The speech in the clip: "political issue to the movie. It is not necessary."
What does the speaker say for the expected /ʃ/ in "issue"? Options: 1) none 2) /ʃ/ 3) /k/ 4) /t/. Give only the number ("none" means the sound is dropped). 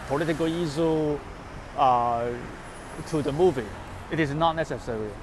1